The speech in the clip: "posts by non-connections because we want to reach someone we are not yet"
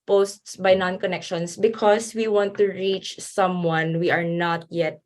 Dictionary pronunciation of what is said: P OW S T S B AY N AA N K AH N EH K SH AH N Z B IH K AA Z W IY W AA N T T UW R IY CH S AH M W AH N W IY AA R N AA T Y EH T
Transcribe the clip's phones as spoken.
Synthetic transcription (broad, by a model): P OW S T S B AY N AA N K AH N EH K SH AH N S B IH K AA S W IY W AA N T T UW R IY CH S AH M W AH N W IY AA R N AA T Y EH T